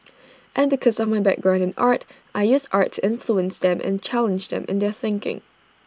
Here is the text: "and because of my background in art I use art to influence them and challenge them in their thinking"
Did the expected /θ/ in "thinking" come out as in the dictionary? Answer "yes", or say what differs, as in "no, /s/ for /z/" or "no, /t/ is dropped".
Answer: yes